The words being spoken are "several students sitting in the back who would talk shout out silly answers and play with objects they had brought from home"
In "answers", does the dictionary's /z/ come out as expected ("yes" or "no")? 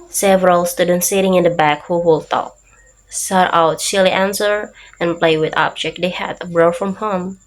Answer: no